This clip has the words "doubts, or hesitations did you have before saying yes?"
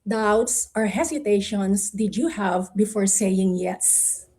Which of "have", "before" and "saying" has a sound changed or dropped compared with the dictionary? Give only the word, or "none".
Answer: none